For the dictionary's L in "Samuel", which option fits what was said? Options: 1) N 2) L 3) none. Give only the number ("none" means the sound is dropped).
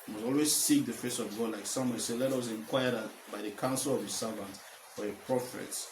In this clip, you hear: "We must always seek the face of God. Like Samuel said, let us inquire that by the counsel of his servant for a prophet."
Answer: 1